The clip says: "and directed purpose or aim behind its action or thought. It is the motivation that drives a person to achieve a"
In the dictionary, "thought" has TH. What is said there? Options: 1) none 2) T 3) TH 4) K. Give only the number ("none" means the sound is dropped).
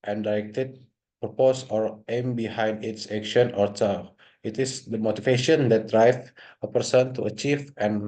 2